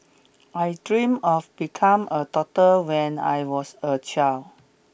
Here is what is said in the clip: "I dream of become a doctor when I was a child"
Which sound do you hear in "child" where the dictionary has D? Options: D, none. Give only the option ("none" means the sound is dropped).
none